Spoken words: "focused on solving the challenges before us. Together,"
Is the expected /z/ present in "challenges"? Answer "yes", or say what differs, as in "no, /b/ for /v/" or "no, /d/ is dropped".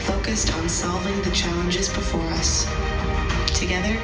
yes